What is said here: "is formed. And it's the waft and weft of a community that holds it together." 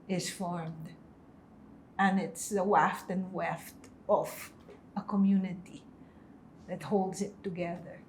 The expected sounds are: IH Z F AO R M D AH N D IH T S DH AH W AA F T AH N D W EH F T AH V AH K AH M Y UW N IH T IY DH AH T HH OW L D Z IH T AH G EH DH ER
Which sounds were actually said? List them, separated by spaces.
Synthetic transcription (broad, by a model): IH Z F AO R M D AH N IH T S DH AH W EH F T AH N W EH F T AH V AH K AH M Y UW N IH T IY DH AH T HH OW L D Z IH T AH G EH DH ER